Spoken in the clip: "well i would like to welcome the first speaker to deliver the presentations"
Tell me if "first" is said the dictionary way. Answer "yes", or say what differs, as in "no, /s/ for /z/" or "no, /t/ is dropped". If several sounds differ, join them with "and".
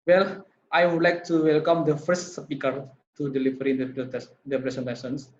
yes